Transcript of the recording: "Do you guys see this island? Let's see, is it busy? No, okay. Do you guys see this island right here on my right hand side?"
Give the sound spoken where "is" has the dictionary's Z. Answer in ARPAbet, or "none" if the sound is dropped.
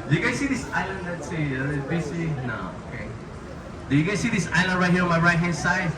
S